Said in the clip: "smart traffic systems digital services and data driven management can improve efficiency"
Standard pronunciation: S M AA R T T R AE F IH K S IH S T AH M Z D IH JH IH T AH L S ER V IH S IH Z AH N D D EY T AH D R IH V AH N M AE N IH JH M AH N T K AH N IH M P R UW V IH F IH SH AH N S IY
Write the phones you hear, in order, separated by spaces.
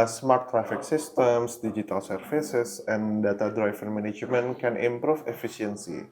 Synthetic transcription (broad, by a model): S M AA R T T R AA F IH K S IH S T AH M S D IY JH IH T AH L S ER F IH S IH S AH N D D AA T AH D R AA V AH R M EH N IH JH M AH N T K AH N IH M P R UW F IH F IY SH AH N S IY